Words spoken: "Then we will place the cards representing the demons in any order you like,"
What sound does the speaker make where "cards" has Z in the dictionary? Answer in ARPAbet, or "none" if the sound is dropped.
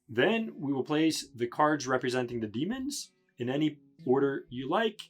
Z